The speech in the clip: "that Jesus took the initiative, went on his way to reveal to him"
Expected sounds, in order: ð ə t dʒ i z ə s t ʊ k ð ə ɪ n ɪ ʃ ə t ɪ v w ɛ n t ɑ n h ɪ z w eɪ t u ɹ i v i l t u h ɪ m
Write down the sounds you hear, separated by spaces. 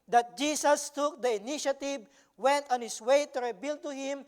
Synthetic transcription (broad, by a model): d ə t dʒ i s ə s t ʊ k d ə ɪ n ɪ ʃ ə t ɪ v w ɛ n t ɑ n h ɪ s w eɪ t u ɹ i b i l t u h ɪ m